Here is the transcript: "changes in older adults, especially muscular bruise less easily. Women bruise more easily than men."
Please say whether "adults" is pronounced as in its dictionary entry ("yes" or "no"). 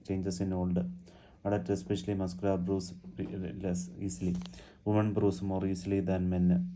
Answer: no